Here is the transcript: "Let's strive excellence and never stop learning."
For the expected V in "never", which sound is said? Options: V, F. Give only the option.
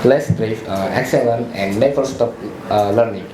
F